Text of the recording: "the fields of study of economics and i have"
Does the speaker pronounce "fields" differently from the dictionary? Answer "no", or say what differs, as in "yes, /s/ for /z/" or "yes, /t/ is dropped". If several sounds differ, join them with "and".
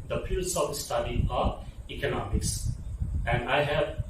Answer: yes, /p/ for /f/